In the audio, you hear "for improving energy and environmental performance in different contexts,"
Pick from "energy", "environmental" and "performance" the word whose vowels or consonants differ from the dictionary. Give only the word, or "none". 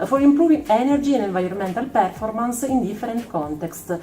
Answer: environmental